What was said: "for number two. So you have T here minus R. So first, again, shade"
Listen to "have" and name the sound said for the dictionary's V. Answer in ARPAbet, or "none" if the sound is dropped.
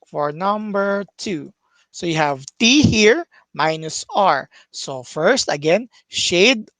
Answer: V